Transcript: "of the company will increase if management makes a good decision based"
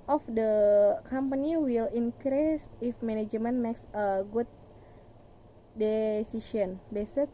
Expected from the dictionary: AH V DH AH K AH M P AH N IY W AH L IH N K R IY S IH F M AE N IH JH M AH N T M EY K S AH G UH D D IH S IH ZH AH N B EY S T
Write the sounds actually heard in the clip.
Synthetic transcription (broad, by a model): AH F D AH K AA M P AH N IY W AH L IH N K R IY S IH F M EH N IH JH M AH N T M EY K S AH G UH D D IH S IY SH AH N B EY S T